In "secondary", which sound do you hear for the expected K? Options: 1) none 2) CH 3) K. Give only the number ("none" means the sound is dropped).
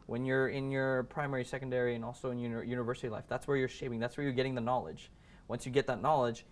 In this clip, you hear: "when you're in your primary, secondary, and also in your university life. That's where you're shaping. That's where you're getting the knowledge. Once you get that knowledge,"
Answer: 3